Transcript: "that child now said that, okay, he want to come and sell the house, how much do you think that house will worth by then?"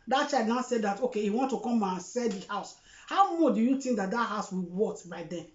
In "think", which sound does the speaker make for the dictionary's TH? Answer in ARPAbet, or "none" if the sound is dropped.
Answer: T